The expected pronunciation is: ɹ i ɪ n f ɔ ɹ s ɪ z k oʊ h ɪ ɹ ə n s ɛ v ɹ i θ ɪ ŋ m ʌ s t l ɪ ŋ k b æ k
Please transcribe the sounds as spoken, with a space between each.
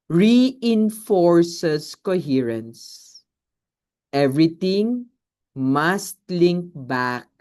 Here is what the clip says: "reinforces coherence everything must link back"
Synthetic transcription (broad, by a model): ɹ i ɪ n f ɔ ɹ s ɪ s k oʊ h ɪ ɹ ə n s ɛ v ɹ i t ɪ ŋ m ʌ s t l ɪ ŋ k b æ k